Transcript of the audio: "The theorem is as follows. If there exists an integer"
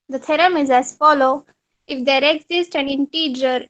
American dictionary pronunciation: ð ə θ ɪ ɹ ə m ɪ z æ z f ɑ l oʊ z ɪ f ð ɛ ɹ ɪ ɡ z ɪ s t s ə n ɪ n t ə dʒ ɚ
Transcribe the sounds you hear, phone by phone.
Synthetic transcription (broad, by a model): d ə t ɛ ɹ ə m ɪ z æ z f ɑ l oʊ ɪ f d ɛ ɹ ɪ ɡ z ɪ s t ə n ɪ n t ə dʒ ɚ